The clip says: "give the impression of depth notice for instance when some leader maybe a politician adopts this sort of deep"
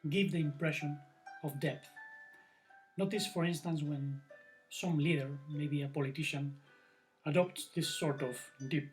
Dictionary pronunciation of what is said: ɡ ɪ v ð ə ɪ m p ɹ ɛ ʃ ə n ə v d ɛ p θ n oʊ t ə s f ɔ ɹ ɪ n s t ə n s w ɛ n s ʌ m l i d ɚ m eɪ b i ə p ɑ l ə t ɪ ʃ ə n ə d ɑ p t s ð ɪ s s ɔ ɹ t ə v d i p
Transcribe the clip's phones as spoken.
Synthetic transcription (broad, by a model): ɡ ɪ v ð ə ɪ m p ɹ ɛ ʃ ə n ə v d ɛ θ n oʊ t ə s f ɔ ɹ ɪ n s t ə n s w ɛ n s ʌ m l i d ɚ m eɪ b i ə p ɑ l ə t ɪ ʃ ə n ə d ɑ p t s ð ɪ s s ɔ ɹ t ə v d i p